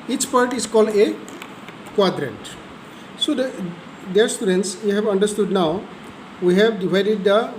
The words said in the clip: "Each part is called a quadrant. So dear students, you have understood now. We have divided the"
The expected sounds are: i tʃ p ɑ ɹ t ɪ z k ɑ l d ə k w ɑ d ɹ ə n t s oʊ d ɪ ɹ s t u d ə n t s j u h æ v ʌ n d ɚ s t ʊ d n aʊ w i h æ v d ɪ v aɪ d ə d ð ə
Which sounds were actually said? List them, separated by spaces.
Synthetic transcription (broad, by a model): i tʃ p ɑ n t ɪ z k ɑ l d ə k w ɑ d ɹ ə n t s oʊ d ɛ ɹ s t u d ə n t s j u h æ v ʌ n d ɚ s t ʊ d n aʊ w i h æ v d ɪ v aɪ d ə d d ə